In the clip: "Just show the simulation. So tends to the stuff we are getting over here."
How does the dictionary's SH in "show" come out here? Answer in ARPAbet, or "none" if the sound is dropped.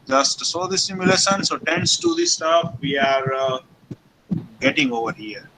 S